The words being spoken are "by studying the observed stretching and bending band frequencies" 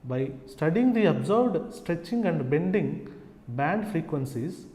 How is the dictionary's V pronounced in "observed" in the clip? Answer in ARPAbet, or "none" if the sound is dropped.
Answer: B